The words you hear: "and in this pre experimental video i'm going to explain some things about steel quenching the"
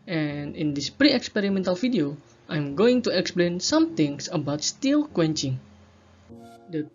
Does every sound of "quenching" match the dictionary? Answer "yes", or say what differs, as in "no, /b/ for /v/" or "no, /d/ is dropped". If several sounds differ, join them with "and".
yes